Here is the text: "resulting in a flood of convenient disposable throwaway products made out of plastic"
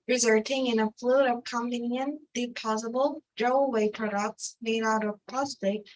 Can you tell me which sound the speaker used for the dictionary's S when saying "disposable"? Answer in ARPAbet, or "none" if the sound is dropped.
none